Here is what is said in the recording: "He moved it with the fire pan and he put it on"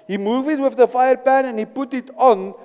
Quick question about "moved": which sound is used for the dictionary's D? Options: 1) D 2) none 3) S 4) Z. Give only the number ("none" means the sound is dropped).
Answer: 2